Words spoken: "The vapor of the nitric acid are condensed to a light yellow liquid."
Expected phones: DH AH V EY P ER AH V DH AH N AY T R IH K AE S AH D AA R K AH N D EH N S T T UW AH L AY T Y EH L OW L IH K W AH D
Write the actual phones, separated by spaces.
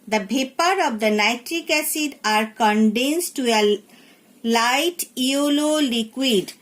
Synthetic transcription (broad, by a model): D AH B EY P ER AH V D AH N AY T R IH K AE S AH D AA R K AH N D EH N S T T UW AH L AY T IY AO L OW L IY K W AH D